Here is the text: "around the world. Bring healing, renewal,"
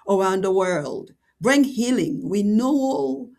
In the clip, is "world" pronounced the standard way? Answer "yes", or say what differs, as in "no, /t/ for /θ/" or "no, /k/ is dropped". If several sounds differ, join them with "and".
yes